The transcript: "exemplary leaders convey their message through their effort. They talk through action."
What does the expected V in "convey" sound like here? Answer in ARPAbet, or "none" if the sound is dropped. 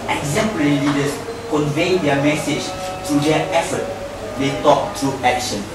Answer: V